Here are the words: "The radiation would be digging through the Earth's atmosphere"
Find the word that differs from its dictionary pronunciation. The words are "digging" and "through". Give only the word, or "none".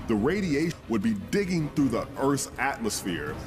none